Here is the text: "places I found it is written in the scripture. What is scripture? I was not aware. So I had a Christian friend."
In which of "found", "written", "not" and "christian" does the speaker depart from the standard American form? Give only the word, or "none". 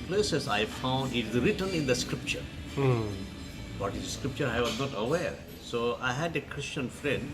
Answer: none